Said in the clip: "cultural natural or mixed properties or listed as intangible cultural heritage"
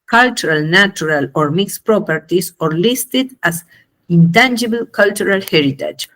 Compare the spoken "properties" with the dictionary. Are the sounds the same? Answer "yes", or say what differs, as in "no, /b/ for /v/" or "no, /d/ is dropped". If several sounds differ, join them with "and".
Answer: no, /s/ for /z/